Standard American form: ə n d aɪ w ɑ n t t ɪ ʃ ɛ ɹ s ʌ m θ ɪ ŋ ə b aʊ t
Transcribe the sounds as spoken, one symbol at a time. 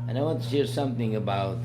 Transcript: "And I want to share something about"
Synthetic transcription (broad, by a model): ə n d aɪ w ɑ n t t ɪ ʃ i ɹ s ʌ m θ ɪ ŋ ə b aʊ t